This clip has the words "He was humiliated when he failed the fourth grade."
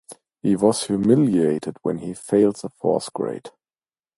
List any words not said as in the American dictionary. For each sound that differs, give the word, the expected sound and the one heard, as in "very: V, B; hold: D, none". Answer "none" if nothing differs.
fourth: TH, S